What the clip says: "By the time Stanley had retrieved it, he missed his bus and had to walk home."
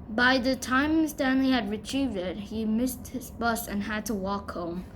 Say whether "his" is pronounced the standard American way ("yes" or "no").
yes